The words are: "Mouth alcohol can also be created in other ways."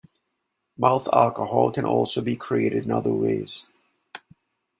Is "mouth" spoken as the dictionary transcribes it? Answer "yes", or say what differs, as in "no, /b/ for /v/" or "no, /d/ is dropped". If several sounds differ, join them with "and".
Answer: yes